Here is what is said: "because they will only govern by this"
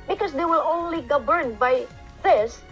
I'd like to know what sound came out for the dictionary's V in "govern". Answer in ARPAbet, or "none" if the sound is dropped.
B